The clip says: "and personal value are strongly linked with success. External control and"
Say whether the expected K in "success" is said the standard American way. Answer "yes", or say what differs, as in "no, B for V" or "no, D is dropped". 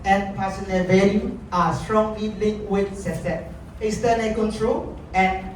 no, K is dropped